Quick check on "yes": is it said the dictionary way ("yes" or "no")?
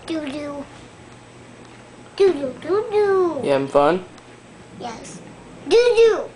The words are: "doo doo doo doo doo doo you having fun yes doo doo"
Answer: yes